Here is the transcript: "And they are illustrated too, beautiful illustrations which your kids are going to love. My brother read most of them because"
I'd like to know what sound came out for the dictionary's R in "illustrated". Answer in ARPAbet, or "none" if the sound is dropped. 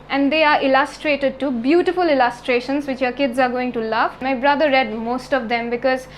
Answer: R